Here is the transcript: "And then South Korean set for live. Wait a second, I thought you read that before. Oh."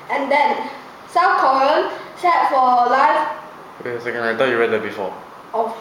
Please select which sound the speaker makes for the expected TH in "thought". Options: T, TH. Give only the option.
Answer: T